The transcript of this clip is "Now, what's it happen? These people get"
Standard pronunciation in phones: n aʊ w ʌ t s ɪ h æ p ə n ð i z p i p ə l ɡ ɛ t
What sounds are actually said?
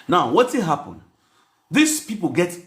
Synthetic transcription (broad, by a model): n aʊ w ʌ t ɪ h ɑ p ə n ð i s p i p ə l ɡ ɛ t